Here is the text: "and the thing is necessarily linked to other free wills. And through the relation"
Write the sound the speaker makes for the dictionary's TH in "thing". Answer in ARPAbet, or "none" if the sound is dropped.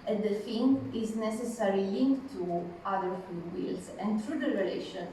F